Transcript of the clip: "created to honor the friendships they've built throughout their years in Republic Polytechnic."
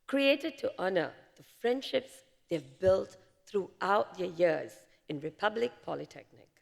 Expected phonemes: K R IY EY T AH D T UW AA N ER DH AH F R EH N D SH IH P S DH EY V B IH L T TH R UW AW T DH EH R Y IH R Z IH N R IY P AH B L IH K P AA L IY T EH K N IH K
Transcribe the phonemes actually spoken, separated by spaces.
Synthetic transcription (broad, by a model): K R IY EY T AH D T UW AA N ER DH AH F R EH N D SH IH P S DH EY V B IH L T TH R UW AW T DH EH Y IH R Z IH N R IY P AH B L IH K P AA L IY T EH K N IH K